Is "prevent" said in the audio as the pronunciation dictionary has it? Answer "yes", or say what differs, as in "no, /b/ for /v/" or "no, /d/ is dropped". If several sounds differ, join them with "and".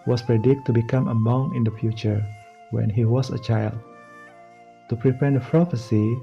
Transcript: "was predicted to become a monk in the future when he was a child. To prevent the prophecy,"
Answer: no, /p/ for /v/